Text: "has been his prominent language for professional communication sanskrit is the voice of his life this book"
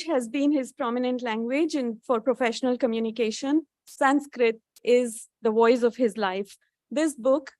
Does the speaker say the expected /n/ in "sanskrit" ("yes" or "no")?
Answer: yes